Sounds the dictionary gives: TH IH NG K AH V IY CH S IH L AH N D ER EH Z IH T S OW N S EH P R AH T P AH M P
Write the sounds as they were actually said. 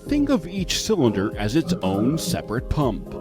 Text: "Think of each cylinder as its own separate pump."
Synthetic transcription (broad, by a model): TH IH NG K AH V IY CH S IH L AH N D ER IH Z IH T S OW N S EH P R AH T P AH M P